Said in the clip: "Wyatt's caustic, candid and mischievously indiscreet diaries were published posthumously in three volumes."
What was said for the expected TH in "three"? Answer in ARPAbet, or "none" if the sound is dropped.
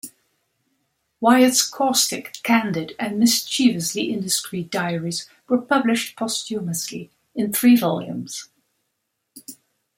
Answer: TH